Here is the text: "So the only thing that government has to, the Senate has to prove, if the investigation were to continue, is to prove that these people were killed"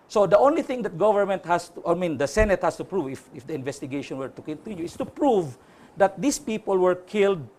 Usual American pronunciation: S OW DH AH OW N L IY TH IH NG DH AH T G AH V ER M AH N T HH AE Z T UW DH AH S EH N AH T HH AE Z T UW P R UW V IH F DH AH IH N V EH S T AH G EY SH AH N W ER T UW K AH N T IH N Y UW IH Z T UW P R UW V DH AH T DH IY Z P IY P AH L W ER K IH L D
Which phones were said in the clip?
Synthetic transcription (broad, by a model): S OW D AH OW N L IY TH IH NG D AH T G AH V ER M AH N T HH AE S T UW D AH S EH N AH T HH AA S T UW P R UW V IH F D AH IH N V EH S T AH G EY SH AH N W ER T UW K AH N T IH Y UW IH S T UW P R UW V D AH T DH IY S P IY P AH L W ER K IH L D